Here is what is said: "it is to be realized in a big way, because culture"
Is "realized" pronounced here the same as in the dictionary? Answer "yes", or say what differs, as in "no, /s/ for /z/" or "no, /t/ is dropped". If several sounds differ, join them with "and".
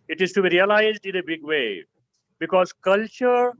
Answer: yes